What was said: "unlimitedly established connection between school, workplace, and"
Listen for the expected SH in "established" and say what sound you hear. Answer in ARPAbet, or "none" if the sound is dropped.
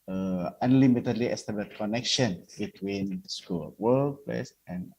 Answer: none